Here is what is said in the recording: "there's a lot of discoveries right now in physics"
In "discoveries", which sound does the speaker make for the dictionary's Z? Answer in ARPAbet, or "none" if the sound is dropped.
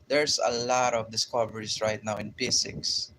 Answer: S